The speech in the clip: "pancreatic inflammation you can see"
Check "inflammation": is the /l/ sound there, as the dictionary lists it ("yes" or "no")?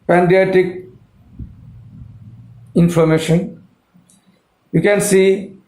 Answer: no